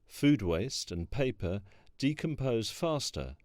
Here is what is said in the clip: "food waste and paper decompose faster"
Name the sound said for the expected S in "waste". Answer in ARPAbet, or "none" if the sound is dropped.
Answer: S